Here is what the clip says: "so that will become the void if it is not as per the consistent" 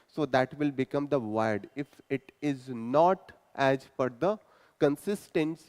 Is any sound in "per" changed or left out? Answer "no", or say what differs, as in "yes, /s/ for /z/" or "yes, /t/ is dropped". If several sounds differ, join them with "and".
yes, /f/ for /p/